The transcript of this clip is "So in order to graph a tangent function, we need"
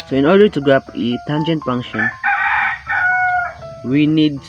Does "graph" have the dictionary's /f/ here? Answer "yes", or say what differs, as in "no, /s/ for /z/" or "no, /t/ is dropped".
no, /p/ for /f/